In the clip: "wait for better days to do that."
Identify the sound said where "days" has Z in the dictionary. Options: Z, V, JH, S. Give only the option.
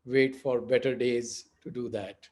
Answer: Z